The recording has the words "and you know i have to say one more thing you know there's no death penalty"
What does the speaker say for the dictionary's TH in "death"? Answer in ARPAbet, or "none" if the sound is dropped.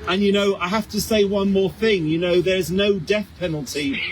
TH